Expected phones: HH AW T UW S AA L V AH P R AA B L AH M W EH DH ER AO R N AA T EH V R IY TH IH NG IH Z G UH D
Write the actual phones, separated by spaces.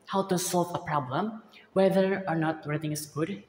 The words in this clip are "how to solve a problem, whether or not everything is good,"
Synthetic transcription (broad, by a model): HH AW T UW S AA L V AH P R AA B L AH M W EH DH ER AO R N AA T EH R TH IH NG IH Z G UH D